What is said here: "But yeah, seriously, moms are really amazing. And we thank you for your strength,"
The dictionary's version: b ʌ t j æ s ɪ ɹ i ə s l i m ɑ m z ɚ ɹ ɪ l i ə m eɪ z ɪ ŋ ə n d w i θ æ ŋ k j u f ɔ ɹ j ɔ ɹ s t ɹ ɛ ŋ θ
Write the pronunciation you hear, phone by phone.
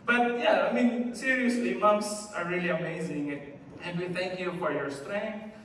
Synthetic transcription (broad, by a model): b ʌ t j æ s ɪ ɹ i ə s l i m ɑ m s ɚ ɹ ɪ l i ə m eɪ z ɪ ŋ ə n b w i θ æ ŋ k j u f ɔ ɹ j ɔ ɹ s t ɹ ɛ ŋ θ